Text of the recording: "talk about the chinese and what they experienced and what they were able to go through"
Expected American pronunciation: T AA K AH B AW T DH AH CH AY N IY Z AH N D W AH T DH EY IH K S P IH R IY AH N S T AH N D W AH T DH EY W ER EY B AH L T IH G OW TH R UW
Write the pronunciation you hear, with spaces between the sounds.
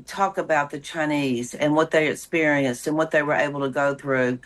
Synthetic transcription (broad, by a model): T AA K AH B AW T DH AH CH AY N IY Z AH N W AH T DH EY IH K S P IH R IY AH N S T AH N W AH T DH EY W ER EY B L T IH G OW TH R UW